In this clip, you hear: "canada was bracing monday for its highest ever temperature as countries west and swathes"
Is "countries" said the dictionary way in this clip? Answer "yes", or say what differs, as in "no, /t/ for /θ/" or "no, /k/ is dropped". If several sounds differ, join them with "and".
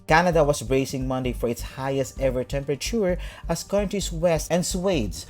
no, /ɹ/ is dropped